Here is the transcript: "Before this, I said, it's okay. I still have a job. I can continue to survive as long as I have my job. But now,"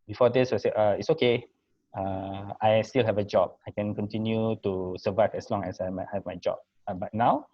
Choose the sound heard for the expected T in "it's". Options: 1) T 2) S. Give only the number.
1